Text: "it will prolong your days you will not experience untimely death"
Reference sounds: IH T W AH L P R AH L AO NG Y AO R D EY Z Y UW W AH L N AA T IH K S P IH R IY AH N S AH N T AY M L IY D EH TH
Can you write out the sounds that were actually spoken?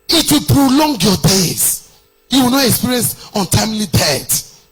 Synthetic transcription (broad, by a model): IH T W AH P R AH L AO NG Y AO D EY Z Y UW W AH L N AA T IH K S P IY R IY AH N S AH N T AY M L IY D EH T